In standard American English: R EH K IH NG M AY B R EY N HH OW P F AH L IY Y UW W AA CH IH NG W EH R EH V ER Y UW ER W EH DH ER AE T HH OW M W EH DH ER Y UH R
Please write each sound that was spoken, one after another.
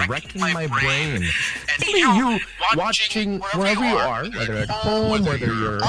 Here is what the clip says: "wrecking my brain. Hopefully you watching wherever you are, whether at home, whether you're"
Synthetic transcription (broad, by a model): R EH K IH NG M AY B R EY N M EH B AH IY Y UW W AA CH IH NG W EH R EH V ER Y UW ER W EH DH ER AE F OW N W EH DH ER Y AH R